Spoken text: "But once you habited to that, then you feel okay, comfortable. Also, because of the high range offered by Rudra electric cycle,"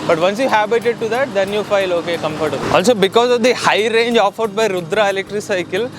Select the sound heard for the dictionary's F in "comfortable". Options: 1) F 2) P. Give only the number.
2